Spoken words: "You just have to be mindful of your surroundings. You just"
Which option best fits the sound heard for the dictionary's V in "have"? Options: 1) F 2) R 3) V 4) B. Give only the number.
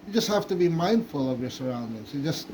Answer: 1